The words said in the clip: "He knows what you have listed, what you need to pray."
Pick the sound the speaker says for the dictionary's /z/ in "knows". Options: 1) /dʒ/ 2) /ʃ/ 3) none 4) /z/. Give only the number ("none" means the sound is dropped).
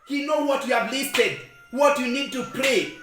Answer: 3